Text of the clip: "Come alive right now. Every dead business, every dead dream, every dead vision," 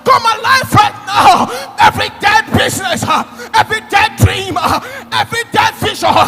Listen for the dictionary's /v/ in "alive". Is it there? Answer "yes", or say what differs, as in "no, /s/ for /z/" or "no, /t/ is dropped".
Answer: no, /f/ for /v/